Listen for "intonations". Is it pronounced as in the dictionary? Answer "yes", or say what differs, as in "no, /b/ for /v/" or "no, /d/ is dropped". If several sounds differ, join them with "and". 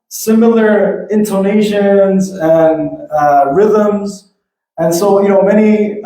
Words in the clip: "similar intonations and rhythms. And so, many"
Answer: yes